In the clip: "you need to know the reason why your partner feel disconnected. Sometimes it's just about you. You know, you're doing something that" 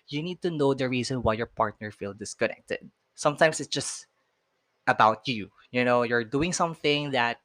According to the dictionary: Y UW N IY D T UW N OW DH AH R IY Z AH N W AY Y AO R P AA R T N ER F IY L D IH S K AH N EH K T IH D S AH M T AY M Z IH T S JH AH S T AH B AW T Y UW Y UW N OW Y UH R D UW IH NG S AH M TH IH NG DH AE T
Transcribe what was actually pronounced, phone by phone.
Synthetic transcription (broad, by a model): Y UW N IY D T UW N OW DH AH R IY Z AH N W AY Y AO R P AA R T N ER F IY L D IH S K AH N EH K T IH D S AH M T AY M S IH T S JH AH S T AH B AW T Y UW Y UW N OW Y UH R D UW IH NG S AH M TH IH NG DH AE T